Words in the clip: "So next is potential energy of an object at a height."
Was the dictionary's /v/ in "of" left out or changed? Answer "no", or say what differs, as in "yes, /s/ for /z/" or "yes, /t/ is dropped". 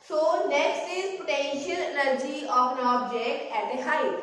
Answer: yes, /p/ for /v/